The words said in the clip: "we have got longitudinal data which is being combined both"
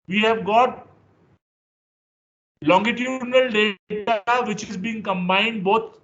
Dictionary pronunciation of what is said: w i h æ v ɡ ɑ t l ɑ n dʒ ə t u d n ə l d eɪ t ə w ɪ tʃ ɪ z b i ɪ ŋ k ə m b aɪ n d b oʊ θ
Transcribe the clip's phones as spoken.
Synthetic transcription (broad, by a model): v i h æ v ɡ ɑ t l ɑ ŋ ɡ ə t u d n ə l d eɪ t ə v ɪ tʃ ɪ z b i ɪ ŋ k ə m b aɪ n d b oʊ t